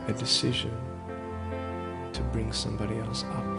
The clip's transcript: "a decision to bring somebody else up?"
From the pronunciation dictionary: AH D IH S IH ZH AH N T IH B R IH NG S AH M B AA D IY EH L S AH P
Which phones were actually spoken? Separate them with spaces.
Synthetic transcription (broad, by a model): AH D IH S IH ZH AH N T IH B R IH NG S AH M B AA D IY EH L S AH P